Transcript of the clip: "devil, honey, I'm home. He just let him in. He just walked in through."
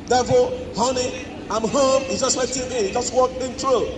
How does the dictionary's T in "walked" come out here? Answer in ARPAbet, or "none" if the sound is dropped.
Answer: none